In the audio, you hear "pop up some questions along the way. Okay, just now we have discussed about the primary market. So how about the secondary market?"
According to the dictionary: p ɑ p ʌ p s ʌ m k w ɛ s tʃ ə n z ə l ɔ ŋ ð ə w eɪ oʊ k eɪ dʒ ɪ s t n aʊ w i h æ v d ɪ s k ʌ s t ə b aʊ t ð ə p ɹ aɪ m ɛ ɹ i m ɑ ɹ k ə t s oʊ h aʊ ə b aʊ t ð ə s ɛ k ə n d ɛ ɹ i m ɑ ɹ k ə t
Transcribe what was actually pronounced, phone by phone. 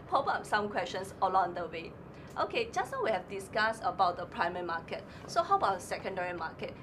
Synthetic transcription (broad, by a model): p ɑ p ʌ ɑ s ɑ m k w ɛ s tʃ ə n s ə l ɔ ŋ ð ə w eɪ oʊ k eɪ dʒ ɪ s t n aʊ w i h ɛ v d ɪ s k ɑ s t ə b aʊ t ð ə p ɹ aɪ m ɛ ɹ i m ɑ k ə t s oʊ h aʊ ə b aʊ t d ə s ɛ k ə n d ɛ ɹ i m ɑ k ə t